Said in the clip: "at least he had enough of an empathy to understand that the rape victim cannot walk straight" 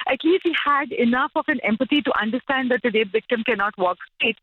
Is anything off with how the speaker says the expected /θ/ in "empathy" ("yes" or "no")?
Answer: yes